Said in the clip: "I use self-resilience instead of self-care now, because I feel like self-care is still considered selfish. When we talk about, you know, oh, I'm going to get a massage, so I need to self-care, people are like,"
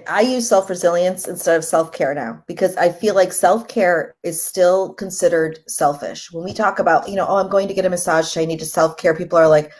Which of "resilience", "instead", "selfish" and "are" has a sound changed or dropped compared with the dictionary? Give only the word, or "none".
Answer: none